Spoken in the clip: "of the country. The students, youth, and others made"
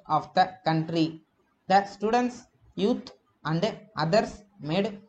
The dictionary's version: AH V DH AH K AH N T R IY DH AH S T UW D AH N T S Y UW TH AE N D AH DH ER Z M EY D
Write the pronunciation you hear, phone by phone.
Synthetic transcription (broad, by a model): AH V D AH K AH N T R IY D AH S T UW D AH N T S Y UW T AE N D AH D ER S M EY D